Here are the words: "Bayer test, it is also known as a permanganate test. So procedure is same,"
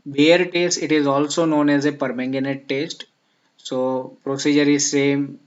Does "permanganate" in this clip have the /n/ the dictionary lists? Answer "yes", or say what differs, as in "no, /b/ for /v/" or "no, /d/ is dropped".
yes